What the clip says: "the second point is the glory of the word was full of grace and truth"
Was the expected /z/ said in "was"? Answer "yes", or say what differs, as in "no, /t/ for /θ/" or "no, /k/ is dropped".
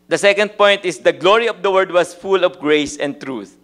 no, /s/ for /z/